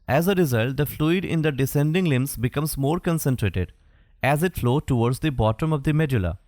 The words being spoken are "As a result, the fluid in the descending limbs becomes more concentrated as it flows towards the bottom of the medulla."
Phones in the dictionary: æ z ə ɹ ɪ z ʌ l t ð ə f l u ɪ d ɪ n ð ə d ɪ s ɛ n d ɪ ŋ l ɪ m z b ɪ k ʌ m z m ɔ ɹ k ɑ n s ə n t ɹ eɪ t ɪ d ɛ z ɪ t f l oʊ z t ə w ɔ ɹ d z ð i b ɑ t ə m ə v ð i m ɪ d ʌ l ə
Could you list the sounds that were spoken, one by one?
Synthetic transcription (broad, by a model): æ z ə ɹ ɪ z ʌ l t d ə f l u ɪ d ɪ n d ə d ɪ s ɛ n d ɪ ŋ l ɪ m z b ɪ k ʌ m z m ɔ ɹ k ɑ n s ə n t ɹ eɪ t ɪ d ɛ z ɪ t f l oʊ t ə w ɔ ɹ d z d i b ɑ t ə m ə v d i m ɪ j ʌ l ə